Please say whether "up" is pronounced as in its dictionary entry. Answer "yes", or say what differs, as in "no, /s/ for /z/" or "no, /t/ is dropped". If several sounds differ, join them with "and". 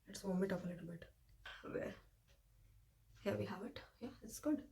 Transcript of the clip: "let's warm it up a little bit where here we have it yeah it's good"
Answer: no, /f/ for /p/